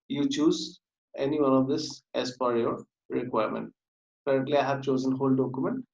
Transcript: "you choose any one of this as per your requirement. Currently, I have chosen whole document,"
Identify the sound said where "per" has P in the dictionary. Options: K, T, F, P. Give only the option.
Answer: F